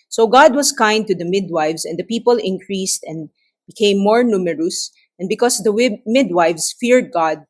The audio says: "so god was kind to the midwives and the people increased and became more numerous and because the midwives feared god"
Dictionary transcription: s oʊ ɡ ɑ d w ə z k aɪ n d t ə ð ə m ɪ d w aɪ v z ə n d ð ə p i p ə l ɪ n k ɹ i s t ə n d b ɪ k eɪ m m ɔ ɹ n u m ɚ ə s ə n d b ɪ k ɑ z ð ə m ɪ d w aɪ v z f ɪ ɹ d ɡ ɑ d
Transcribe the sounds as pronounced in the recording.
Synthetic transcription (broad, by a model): s oʊ ɡ ɑ d w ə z k aɪ n d t ə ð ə m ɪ d w aɪ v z ə n d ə p i p ə l ɪ n k ɹ i s t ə n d b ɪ k eɪ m m ɔ ɹ n u m ɚ ə s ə n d b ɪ k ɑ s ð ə m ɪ d w aɪ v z f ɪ ɹ d ɡ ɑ d